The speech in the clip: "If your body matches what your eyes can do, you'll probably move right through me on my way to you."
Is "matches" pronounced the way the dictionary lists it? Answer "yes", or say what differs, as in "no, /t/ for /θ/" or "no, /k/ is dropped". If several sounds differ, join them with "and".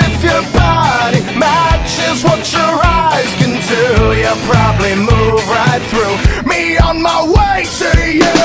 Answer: yes